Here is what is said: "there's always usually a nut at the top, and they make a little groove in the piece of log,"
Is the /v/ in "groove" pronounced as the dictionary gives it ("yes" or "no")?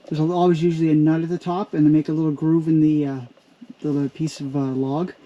yes